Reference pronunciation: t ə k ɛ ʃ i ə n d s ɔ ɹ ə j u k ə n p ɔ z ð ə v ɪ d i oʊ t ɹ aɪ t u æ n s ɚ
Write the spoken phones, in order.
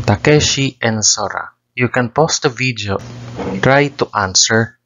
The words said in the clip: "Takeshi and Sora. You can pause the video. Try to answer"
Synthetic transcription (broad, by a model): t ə k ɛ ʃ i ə n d s ɔ ɹ ə j u k ə n p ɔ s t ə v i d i oʊ t ɹ aɪ t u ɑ n s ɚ